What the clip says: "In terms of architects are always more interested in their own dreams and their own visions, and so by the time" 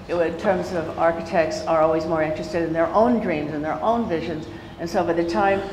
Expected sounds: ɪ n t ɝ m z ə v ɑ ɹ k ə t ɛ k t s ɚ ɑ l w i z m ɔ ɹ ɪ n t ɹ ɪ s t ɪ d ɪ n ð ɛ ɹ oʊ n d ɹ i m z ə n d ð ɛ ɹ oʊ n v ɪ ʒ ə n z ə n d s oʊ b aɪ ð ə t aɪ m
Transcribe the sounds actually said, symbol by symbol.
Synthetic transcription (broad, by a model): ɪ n t ɝ m z ə v ɑ ɹ k ə t ɛ k t s ɚ ɑ l w i z m ɔ ɹ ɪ n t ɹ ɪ s t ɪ d ɪ n ð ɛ ɹ oʊ n d ɹ i m z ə n ð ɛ ɹ oʊ n v ɪ ʒ ə n z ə n s oʊ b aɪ ð ə t aɪ m